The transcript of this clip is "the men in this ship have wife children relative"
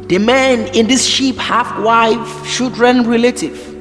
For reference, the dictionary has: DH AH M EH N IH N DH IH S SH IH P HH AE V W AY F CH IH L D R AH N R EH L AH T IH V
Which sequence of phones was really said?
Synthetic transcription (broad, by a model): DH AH M EH N IH N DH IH S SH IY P HH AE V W AY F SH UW D R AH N R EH L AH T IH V